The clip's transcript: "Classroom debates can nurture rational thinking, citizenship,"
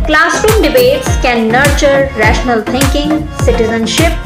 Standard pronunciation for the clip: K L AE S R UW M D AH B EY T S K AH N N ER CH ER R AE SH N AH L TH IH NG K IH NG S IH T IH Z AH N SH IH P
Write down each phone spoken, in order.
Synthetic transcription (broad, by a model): K L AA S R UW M D AH B EY T S K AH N N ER CH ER R AE SH N AH L T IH NG K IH NG S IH T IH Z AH N SH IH P